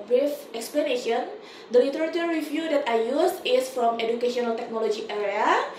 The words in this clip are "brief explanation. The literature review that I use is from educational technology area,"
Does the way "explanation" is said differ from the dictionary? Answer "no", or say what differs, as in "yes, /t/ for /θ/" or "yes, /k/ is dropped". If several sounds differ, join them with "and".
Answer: no